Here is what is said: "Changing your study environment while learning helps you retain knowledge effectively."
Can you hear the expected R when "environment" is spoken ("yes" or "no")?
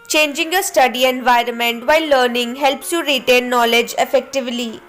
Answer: yes